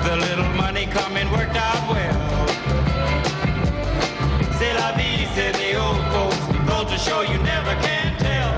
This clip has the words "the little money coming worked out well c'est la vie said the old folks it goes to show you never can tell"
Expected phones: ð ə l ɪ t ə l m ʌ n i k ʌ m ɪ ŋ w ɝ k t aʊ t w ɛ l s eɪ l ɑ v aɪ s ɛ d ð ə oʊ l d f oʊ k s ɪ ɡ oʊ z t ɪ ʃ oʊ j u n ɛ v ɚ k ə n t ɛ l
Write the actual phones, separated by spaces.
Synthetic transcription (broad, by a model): ð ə l ɪ t l m ʌ n i k ʌ m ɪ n w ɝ k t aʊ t w ɛ l s eɪ l ɑ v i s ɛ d ð ə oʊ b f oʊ s ɪ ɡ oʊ t ɪ ʃ oʊ j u n ɛ v ɚ k ə n t ɛ l